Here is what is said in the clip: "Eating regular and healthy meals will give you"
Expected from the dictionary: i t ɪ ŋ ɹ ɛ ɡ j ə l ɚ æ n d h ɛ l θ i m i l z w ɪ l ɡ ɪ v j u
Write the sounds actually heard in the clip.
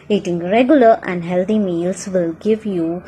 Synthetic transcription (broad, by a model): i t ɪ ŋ ɹ ɛ ɡ j ə l ɚ æ n d h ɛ l t i m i l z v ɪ l ɡ ɪ v j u